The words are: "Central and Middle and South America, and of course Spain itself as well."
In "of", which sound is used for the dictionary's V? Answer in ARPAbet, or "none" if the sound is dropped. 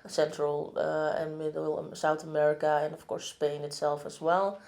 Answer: F